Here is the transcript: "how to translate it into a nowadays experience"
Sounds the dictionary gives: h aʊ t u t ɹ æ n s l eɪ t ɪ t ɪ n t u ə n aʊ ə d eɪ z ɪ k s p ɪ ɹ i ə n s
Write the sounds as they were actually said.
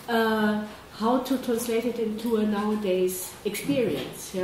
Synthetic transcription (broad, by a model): h aʊ t u t ɹ æ n s l eɪ t ɪ t ɪ n t u ə n aʊ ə d eɪ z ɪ k s p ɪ ɹ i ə n s